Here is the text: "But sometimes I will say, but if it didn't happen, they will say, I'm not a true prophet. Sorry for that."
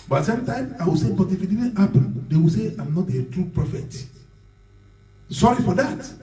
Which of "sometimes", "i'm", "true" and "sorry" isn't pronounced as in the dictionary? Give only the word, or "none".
sometimes